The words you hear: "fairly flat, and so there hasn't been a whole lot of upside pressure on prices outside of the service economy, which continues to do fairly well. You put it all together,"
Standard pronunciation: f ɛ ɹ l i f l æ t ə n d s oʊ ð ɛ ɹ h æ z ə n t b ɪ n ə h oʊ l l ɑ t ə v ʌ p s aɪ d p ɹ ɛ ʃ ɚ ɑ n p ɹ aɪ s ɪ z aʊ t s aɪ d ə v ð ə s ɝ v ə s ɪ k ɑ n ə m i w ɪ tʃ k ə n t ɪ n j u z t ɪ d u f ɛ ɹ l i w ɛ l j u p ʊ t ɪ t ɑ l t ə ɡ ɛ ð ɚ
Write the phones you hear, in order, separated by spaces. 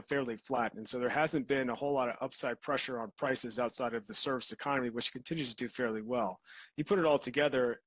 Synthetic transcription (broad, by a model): f ɛ ɹ l i f l æ t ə n s oʊ ð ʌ ɹ h æ z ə n b ɪ n ə h oʊ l l ɑ t ə v ʌ p s aɪ d p ɹ ɛ ʃ ɚ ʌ n p ɹ aɪ s ɪ z aʊ t s aɪ d ə v ð ə s ɝ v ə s ɪ k ɑ n ə m i w ɪ tʃ k n t ɪ n j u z t ɪ d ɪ f ɛ ɹ l i w ɛ l j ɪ p ʊ t ɪ t ɑ l t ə ɡ ɛ ð ɚ